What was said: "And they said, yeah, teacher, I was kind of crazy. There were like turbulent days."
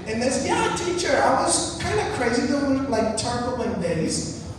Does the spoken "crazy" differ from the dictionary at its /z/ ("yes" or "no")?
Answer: no